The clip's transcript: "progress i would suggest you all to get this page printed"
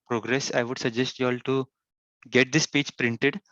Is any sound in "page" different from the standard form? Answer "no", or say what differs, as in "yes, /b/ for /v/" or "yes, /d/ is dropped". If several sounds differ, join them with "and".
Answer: yes, /tʃ/ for /dʒ/